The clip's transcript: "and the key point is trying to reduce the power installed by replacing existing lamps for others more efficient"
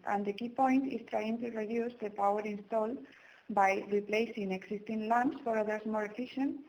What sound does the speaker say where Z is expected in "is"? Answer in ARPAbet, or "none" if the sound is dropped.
S